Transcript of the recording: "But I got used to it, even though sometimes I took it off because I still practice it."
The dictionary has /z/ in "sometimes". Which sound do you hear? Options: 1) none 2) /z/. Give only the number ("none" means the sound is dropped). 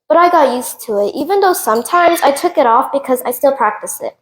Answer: 2